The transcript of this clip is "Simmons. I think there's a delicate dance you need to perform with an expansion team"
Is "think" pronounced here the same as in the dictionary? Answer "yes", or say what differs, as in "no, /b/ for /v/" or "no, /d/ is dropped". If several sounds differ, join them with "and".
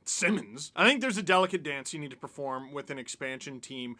yes